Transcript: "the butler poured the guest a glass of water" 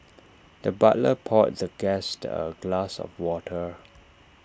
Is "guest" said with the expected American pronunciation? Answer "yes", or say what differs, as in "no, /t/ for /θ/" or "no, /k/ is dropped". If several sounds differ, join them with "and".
yes